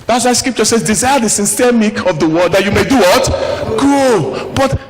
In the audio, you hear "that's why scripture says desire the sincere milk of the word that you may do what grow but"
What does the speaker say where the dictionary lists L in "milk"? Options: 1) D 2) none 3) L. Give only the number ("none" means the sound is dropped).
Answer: 2